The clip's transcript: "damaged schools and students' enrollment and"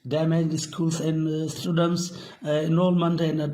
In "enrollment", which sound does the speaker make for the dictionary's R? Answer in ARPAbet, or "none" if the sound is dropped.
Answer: none